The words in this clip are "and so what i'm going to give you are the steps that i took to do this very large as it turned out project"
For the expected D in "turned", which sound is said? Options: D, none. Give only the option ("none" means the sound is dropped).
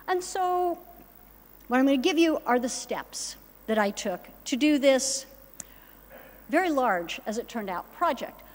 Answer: D